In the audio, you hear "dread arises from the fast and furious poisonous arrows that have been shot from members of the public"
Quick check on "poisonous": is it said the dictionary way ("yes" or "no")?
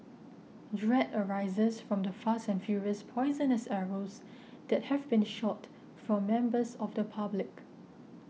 yes